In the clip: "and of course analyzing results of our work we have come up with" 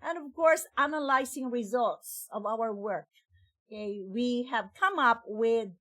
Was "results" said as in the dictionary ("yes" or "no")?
yes